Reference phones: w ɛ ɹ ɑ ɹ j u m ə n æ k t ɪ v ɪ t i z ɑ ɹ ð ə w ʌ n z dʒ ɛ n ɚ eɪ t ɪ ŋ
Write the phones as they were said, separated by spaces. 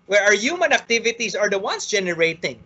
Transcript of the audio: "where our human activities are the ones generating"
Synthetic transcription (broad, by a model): w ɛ ɹ ɑ ɹ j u m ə n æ k t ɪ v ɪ t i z ɑ ɹ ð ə w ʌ n s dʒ ɛ n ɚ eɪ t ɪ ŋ